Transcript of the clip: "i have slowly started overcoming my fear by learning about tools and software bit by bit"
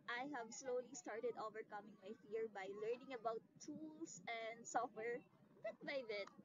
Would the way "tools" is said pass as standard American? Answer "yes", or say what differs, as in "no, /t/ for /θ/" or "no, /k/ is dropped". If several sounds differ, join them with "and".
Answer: no, /s/ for /z/